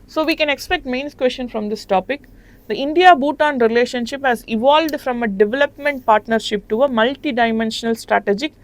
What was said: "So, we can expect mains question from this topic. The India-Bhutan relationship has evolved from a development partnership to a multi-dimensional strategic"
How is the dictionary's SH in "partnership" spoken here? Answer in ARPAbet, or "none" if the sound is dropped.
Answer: SH